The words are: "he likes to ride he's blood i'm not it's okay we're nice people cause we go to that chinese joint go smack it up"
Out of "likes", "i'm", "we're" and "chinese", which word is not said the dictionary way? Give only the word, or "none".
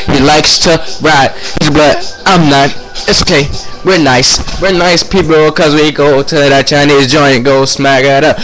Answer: none